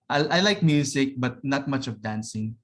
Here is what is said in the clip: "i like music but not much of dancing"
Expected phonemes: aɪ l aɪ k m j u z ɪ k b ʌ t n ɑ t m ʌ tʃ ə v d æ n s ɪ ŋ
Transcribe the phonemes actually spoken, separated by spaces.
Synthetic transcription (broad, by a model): aɪ l aɪ k m j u s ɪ k b ʌ t n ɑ t m ʌ tʃ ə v d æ n s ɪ ŋ